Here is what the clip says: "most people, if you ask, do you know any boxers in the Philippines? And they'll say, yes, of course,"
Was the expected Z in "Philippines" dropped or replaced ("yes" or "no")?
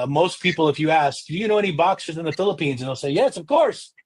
no